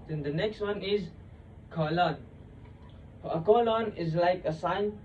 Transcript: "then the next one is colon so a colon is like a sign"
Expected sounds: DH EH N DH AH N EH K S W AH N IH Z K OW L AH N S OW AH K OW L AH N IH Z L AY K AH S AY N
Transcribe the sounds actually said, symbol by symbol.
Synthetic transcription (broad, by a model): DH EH N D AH N EH K S W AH N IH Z K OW L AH N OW AH K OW L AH N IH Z L AY K AH S AY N